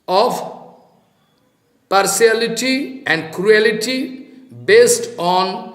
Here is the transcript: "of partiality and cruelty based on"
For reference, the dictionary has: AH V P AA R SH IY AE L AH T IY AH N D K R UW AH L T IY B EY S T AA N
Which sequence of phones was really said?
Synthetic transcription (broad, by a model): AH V P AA R S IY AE L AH T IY AH N D K R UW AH L T IY B EY S T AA N